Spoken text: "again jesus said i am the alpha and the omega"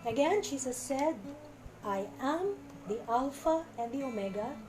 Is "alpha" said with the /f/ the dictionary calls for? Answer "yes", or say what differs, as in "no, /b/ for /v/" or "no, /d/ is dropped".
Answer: yes